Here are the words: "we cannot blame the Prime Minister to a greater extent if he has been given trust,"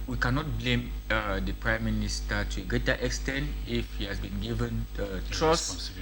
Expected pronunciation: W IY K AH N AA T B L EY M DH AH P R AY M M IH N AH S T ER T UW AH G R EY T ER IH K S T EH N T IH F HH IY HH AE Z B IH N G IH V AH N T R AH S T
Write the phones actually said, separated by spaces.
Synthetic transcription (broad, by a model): W IY K AH N AA T B L EY M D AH P R AY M M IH N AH S T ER T UW AH G R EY T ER IH K S T EH N T IH F HH IY HH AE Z B IH N G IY V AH N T R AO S